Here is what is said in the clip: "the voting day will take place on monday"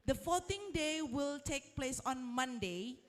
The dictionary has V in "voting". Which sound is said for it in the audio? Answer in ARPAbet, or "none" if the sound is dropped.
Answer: F